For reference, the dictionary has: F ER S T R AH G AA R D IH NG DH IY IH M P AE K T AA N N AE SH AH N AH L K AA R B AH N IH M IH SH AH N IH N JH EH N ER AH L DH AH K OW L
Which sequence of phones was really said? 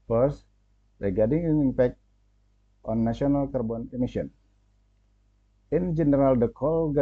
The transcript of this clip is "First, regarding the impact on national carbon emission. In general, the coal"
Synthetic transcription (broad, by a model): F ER S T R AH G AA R D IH NG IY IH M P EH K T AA N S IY AH N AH L K AA R B AH N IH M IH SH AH N IH N JH EH N ER AH L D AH K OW L